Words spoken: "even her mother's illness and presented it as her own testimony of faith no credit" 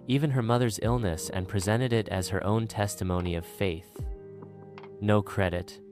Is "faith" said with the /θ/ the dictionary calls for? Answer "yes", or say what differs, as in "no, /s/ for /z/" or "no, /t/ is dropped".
yes